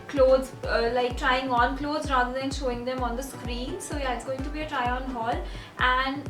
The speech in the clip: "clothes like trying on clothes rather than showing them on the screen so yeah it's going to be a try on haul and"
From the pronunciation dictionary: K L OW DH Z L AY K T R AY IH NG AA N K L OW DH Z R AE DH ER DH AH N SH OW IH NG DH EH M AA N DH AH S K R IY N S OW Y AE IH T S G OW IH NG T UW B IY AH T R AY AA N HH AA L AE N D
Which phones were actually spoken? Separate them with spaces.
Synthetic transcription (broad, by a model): K L OW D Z L AY K T R AY IH NG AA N K L OW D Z R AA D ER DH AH N SH OW IH NG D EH M AA N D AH S K R IY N S OW Y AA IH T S G OW IH NG T UW B IY AH T R AY AA N HH AA L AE N D